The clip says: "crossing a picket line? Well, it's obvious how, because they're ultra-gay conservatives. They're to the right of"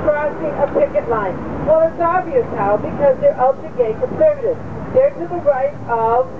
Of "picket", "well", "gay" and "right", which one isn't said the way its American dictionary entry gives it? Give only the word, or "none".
none